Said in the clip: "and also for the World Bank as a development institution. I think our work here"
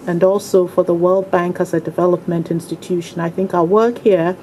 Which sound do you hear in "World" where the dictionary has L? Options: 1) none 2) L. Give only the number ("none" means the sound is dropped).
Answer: 2